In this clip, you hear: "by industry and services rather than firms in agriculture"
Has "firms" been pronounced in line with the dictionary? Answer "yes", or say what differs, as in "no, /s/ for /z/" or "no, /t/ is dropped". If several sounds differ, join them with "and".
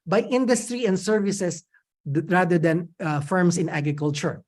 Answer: no, /s/ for /z/